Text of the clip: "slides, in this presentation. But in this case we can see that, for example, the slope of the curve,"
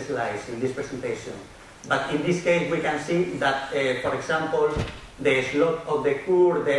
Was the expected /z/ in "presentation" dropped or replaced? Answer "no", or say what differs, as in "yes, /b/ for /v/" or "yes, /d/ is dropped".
yes, /s/ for /z/